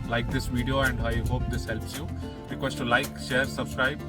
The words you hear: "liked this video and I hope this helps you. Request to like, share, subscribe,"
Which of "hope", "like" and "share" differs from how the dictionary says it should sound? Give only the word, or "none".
none